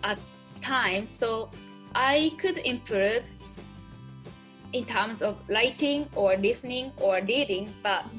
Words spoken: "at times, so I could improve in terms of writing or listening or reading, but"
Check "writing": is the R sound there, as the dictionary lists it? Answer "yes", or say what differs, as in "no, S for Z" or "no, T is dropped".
no, L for R